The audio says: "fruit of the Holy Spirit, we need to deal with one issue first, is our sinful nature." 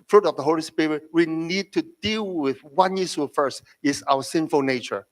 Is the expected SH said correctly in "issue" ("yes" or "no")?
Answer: no